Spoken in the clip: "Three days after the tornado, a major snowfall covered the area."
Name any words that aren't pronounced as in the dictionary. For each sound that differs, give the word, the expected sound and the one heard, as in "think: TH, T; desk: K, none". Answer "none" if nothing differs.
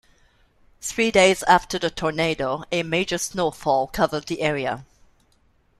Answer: none